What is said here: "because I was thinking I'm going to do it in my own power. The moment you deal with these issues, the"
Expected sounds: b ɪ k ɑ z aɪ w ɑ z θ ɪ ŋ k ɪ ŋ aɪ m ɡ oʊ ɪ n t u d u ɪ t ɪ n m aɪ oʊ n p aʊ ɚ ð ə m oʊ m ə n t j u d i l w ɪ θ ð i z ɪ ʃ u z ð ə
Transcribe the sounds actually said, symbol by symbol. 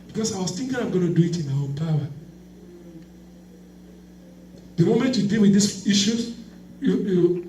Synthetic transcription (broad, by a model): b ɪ k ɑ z aɪ w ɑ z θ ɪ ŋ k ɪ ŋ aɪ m ɡ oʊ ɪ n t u d u ɪ t ɪ n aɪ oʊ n p aʊ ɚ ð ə m oʊ m ə n t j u d i l w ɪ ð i s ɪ ʃ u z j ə